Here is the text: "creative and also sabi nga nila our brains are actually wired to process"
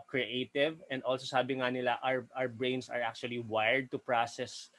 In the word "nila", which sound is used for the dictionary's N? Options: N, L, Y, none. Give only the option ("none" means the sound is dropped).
L